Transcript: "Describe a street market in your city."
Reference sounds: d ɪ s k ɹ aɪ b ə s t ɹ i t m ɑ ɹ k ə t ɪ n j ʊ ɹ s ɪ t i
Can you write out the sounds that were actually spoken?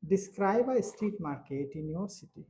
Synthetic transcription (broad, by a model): d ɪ s k ɹ aɪ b ə s t i t m ɑ ɹ k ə t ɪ n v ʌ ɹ s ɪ t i